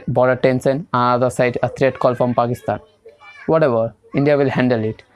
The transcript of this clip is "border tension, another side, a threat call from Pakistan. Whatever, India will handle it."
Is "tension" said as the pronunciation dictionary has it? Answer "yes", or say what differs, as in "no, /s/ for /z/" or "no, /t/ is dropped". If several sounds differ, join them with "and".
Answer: no, /s/ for /ʃ/